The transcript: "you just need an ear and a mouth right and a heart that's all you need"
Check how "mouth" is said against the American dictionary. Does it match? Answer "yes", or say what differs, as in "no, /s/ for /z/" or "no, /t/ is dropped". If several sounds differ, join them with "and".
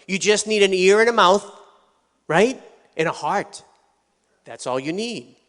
yes